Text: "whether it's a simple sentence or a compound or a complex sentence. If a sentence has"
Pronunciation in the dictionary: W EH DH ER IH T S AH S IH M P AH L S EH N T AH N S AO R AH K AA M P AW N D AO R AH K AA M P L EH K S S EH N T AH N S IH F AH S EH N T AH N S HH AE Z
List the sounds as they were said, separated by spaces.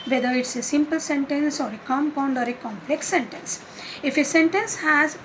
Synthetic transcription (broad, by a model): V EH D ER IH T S AH S IH M P AH L S EH N T AH N S AO R AH K AA M P AW N D AO R AH K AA M P L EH K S S EH N T AH N S IH F AH S EH N T AH N S HH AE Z